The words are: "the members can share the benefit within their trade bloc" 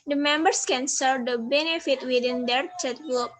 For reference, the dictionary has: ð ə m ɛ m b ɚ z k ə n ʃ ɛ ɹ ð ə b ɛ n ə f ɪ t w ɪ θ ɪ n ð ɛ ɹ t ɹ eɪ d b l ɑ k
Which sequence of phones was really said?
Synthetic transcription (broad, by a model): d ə m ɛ m b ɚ s k ə n s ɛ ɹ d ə b ɛ n ə f ɪ t w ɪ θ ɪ n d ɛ ɹ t eɪ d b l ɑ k